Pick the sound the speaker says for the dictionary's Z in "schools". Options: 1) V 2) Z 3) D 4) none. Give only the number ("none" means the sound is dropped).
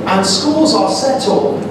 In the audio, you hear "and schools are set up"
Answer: 2